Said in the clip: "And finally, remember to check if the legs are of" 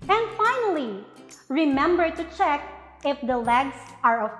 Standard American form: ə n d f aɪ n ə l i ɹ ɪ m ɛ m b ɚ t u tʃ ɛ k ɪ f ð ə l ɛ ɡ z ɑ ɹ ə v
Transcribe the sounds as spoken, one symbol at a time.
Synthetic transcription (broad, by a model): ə n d f aɪ n ə l i ɹ ɪ m ɛ m b ɚ t u tʃ ɛ k ɪ f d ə l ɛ ɡ s ɑ ɹ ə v